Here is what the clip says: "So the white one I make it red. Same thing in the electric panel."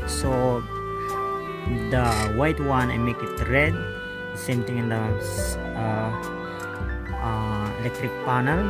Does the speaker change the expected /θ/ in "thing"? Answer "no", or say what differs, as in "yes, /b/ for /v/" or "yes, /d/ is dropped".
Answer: yes, /t/ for /θ/